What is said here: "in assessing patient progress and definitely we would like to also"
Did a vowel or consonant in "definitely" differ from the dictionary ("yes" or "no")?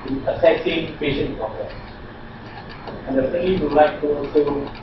yes